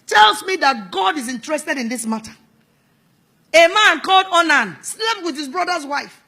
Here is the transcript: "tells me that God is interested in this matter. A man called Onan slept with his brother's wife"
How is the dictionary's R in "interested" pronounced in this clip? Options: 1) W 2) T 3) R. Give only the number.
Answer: 3